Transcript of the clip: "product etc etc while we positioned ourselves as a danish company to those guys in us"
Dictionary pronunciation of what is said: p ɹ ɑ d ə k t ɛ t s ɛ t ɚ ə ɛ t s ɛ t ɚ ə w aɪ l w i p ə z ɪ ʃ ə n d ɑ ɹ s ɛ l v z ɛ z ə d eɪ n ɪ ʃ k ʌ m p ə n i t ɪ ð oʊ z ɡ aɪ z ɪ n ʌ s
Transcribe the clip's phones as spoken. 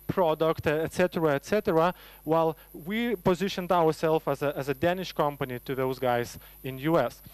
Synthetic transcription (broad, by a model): p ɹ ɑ d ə k t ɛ t s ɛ t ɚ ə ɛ t s ɛ t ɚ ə w aɪ l w i p ə z ɪ ʃ ə n d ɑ ɹ s ɛ l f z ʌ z ə d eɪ n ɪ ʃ k ʌ m p ə n i t ɪ ð oʊ z ɡ aɪ z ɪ n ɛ s